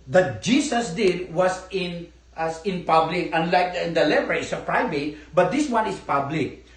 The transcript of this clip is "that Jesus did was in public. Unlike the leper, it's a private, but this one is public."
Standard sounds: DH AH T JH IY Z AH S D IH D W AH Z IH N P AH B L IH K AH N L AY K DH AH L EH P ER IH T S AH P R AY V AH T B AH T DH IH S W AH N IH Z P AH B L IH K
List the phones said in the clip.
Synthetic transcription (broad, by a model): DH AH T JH IY S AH S D IH D W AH S IH N P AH B L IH K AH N L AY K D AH L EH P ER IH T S AH P R AY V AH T B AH T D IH S W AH N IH S P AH B L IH K